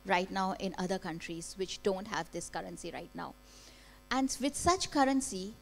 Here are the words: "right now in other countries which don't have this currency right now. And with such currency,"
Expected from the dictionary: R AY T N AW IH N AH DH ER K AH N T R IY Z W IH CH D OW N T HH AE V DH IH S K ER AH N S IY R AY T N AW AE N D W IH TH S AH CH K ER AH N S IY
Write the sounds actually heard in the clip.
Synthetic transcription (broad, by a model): R AY T N AW IH N AH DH ER K AH N T R IY Z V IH CH D OW N T HH AE V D IH S K ER AH N S IY R AY T N AW AE N D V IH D S AH CH K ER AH N S IY